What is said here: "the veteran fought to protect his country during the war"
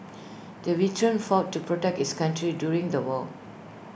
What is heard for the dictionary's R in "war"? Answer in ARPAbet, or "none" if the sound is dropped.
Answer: L